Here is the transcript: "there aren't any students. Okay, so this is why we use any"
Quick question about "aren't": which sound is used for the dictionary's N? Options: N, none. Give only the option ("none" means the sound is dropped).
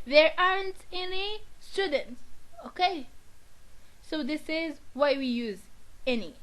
N